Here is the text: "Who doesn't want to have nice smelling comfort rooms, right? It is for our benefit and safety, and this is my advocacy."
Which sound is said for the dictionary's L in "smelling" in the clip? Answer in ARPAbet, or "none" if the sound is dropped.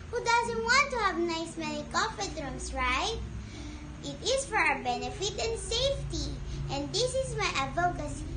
N